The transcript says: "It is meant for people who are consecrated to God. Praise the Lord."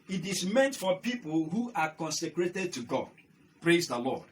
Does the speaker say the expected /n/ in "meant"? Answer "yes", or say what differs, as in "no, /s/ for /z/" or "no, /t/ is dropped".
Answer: yes